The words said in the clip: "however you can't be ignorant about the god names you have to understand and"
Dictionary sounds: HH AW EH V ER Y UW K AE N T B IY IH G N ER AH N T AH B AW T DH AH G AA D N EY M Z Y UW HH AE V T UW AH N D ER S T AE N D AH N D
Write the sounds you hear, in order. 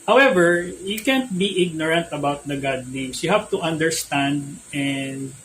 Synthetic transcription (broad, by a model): HH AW EH V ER Y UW K AE N T B IY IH G N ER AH N T AH B AW T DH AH G AA D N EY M S Y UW HH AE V T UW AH N D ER S T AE N D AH N D